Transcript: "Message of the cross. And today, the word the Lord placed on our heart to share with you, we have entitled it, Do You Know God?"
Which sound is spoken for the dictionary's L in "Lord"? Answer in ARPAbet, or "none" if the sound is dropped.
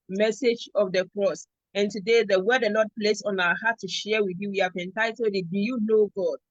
N